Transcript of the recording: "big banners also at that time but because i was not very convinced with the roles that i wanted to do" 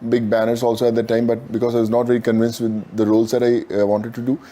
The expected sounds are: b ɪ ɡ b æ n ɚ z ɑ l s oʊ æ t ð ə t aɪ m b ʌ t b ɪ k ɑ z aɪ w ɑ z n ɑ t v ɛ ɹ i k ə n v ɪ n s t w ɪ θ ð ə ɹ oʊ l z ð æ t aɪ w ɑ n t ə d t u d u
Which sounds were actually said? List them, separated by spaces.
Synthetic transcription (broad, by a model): b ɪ ɡ b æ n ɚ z ɑ l s oʊ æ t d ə t aɪ m b ʌ t b ɪ k ɑ z aɪ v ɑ z n ɑ t v ɛ ɹ i k ə n v ɪ n s t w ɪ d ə ɹ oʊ l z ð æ t aɪ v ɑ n t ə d t u d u